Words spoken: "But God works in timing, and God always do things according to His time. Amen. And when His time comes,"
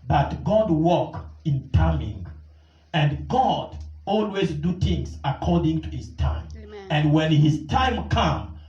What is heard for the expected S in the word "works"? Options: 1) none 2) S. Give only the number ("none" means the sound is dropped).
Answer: 1